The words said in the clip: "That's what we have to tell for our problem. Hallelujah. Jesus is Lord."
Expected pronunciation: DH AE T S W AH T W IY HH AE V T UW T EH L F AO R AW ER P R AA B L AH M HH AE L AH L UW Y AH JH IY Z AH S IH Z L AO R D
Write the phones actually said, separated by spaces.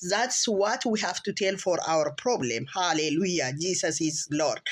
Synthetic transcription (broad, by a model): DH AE T S W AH T W IY HH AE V T UW T EH L F AO R AW ER P R AA B L AH M HH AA L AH L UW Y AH JH IY S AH S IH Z L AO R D